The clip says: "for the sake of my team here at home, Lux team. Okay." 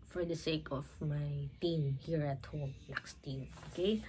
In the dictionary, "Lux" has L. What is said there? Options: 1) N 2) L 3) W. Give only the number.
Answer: 1